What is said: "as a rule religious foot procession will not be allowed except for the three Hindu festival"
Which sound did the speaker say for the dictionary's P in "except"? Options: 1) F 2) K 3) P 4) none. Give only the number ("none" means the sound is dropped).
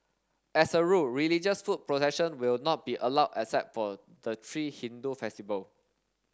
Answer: 4